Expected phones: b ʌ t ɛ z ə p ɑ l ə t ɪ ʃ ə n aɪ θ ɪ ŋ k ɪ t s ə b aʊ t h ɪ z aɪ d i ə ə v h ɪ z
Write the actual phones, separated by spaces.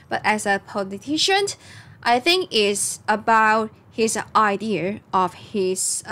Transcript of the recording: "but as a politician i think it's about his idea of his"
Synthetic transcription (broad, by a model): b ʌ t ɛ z ə p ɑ l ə t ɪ ʃ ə n aɪ θ ɪ ŋ k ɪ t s ə b aʊ t h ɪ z aɪ d i ə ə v h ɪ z